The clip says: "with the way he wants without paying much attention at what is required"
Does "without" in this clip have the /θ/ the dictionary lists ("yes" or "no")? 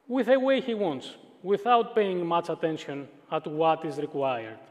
yes